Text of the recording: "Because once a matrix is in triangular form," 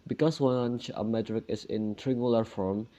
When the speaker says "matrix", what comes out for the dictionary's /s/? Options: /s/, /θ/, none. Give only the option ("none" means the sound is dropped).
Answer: none